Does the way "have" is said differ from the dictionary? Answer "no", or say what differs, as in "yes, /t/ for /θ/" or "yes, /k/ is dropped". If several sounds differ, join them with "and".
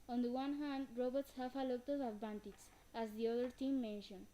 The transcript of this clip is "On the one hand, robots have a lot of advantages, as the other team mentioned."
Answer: yes, /f/ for /v/